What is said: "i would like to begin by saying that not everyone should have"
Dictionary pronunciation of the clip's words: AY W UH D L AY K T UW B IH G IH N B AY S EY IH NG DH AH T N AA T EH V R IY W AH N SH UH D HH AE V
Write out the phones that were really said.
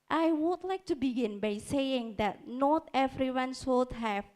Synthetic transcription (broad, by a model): AY W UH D L AY K T UW B IH G IH N B AY S EY IH NG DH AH T N AA T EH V R IY W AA N S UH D HH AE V